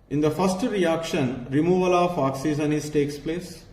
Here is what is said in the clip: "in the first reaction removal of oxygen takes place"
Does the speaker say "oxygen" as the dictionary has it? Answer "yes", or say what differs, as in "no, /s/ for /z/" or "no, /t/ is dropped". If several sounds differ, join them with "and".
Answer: no, /z/ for /dʒ/